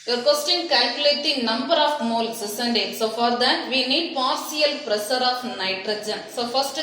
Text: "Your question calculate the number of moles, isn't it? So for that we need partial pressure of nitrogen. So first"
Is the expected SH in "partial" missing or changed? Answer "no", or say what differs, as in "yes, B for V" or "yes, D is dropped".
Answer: yes, S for SH